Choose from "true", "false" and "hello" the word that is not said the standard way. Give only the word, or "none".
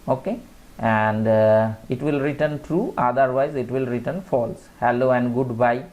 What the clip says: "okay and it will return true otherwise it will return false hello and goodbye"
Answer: none